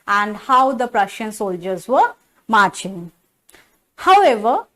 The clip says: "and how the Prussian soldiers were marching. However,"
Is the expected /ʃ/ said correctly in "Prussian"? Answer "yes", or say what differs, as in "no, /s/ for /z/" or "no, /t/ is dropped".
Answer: yes